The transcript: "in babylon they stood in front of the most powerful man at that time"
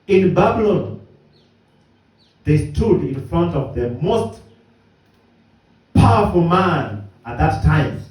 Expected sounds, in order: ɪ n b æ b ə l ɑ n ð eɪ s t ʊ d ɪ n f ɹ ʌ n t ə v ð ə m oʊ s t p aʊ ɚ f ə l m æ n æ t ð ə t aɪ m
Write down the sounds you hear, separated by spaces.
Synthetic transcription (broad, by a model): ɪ n b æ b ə l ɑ n ð eɪ s t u d ɪ n f ɹ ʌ n t ə v ð ə m oʊ s t p aʊ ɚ f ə l m æ n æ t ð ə t aɪ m